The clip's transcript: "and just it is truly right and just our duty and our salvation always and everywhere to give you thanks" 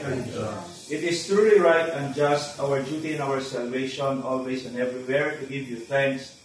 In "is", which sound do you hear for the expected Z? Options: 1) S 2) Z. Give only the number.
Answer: 1